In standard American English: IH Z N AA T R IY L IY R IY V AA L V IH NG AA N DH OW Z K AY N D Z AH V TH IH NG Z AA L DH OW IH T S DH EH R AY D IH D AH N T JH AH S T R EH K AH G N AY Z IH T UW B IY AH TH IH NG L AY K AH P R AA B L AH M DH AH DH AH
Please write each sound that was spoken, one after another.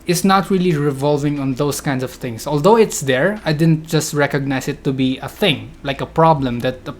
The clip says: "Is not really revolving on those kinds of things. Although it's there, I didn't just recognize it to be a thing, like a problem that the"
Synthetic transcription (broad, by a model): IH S N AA T R IY L IY R IY V AA L V IH NG AA N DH OW S K AY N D S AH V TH IH NG S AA L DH OW IH T S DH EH R AY D IH D AH N T JH AH S T R EH K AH G N AY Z IH T UW B IY AH TH IH NG L AY K AH P R AA B L AH M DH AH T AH